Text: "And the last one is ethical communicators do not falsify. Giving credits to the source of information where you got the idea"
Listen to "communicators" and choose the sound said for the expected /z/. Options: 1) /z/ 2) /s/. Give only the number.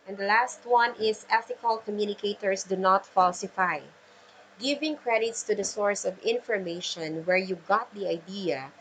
2